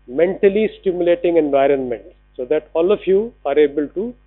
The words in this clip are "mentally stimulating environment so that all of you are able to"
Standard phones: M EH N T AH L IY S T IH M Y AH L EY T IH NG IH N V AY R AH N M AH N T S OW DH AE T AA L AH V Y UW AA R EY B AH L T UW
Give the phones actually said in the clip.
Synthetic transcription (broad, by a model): M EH N T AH L IY S T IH M Y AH L EY T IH NG IH N V AY R AH N M AH N T S OW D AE T AA L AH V Y UW AA R EY B AH L T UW